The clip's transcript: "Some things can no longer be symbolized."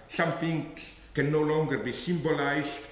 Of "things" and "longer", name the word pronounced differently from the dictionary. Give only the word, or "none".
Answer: things